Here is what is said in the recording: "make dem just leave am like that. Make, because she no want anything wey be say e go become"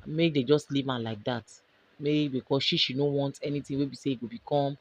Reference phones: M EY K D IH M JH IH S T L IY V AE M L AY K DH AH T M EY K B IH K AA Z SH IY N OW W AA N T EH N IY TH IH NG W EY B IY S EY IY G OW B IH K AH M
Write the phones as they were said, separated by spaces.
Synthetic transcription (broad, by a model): M EY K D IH JH IH S T L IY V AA L AY K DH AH T M EY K B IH K AA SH SH IY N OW W AA N T EH N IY T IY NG W EY B IY S EY IY G OW B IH K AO M